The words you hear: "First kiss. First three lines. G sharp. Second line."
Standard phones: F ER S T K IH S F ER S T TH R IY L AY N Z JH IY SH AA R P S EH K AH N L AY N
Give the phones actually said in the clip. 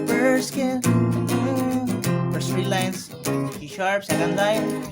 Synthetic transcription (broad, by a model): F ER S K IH F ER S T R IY L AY N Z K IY SH AA R P S EH K AH N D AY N